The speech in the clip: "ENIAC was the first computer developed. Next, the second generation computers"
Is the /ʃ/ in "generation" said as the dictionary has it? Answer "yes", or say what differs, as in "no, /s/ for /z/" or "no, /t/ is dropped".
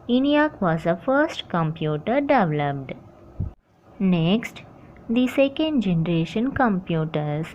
yes